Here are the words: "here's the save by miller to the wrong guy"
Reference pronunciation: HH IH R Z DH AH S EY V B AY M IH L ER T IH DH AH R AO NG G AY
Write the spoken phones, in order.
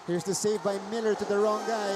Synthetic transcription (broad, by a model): HH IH R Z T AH S EY V B AY M IH L ER T IH DH AH R AO NG G AY